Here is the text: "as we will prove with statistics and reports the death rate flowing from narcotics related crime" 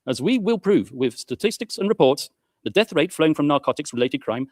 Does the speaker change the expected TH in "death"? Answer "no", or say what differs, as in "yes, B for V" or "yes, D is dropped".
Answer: no